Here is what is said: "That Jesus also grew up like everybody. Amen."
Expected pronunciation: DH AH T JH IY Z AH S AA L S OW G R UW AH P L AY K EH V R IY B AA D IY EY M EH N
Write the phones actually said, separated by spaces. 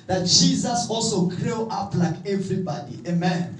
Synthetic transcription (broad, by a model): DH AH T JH IY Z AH S AA L S OW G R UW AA P L AY K EH V R IY B AA D IY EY M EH N